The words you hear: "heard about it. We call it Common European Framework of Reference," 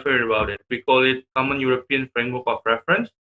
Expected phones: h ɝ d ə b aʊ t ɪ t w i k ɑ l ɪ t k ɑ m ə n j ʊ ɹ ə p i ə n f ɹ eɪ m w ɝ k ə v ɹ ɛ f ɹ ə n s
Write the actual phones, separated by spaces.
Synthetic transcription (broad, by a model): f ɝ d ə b aʊ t ɪ t w i k ɑ l ɪ t k ɑ m ə n j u ɹ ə p i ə n f ɹ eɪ m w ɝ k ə p ɹ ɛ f ɹ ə n s